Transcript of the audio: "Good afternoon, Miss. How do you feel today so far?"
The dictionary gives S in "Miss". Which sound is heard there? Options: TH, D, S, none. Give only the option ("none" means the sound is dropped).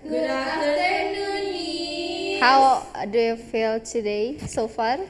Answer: none